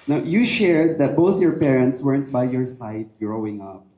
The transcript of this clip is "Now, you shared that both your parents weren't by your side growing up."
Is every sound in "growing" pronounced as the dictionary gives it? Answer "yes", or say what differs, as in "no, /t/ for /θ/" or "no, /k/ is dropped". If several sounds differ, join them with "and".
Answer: yes